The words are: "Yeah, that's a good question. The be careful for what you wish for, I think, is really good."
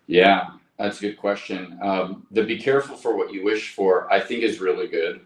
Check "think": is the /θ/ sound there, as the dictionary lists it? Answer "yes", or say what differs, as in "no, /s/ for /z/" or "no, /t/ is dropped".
yes